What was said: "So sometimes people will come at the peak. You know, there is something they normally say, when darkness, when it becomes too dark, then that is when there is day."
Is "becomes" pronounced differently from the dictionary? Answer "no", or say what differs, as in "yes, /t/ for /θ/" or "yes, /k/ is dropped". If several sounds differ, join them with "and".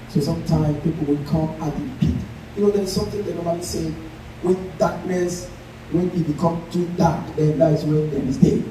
yes, /z/ is dropped